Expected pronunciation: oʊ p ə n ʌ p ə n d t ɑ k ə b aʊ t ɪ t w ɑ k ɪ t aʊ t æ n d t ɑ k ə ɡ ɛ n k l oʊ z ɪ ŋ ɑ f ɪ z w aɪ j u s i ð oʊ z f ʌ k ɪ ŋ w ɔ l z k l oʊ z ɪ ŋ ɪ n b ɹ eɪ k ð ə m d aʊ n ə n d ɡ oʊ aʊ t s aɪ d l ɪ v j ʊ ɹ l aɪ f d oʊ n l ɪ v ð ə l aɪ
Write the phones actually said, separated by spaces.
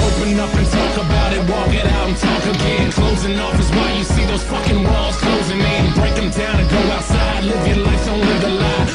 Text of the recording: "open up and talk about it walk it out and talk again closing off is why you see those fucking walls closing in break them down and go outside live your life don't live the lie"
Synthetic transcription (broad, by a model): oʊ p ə n ʌ f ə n t ɑ k ə b aʊ t ɪ t w ɑ k ɪ t aʊ t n t ɑ k ə ɡ ɛ n k l oʊ z ɪ ŋ ɑ f ɪ z w aɪ j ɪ s i ð oʊ z f ʌ k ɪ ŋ w ɔ l z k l oʊ z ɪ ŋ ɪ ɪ b ɹ eɪ k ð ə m d aʊ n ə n ɡ oʊ aʊ t s aɪ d l ɪ v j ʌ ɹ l aɪ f oʊ n l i ð ə l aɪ